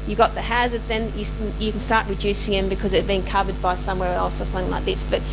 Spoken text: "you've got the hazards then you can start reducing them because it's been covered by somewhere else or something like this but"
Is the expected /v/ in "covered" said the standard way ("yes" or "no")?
yes